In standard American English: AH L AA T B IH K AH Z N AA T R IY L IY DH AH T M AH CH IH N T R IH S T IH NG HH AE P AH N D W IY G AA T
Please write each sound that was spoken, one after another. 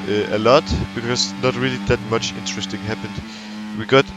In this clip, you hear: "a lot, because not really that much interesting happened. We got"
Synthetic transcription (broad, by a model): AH L AA T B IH K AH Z N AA T R IY L IY DH AH T M AH CH IH N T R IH S T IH NG HH AE P AH N D W IY G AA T